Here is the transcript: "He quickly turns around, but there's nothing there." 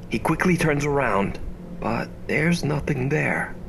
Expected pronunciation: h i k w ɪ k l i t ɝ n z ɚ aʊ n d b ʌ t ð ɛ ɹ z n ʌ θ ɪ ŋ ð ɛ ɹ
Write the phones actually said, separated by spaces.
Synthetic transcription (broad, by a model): h i k w ɪ k l i t ɝ n z ɚ aʊ n d b ʌ t ð ɛ ɹ z n ʌ θ ɪ ŋ ð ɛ ɹ